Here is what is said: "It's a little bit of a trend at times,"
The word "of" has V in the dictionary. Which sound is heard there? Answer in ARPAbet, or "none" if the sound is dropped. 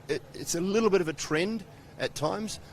V